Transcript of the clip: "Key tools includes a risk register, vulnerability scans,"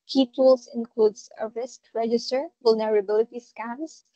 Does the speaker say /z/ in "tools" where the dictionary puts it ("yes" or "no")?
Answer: no